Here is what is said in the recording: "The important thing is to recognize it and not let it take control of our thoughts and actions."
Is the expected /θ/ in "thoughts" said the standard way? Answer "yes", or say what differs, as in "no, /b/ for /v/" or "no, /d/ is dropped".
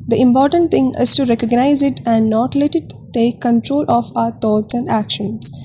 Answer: no, /t/ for /θ/